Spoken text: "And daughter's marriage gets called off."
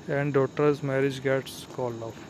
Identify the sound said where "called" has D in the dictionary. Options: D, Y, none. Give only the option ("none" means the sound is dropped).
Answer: none